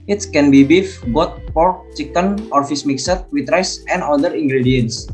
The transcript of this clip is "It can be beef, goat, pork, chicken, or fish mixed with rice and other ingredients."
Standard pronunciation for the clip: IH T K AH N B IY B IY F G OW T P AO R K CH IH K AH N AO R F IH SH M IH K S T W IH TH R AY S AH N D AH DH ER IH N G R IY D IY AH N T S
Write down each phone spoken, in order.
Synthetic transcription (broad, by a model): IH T K AH N B IY B IY F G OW T P AO R K CH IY K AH N AO R F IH S M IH K S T W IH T R AY S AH N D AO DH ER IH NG G R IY D IY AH N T S